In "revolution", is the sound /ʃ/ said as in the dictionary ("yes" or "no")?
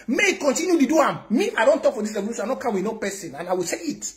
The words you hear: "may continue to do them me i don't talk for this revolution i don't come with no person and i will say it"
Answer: no